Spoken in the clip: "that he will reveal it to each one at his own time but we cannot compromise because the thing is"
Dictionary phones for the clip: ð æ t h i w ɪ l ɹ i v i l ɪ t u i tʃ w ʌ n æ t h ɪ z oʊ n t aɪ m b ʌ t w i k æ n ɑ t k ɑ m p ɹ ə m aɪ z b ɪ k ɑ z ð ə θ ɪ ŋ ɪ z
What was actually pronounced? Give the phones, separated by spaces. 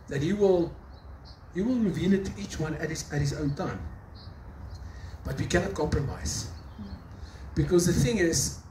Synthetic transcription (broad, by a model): ð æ t h i w ɪ l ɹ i v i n ɪ t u i tʃ w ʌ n æ t h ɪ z oʊ n t aɪ m b ʌ t w i k æ n ɑ t k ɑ m p ɹ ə m aɪ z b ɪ k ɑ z ð ə θ ɪ ŋ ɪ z